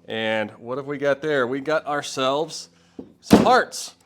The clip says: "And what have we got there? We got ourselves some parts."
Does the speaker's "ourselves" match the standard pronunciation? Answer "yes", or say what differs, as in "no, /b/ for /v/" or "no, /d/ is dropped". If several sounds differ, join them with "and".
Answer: yes